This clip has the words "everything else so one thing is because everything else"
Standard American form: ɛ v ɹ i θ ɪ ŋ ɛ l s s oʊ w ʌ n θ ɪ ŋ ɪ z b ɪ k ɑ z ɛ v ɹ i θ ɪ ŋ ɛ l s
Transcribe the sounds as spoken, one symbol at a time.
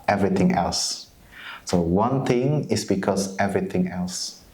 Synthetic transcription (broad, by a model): ɛ v ɹ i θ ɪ ŋ ɛ l s s oʊ w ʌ n t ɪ ŋ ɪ s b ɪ k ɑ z ɛ v ɹ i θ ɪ ŋ ɛ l s